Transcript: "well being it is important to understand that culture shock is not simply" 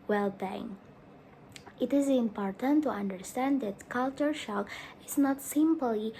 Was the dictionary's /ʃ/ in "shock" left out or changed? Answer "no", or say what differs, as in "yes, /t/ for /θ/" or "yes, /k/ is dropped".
no